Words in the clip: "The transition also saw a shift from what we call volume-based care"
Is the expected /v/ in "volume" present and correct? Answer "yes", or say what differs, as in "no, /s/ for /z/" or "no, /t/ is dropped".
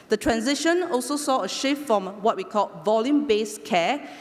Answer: yes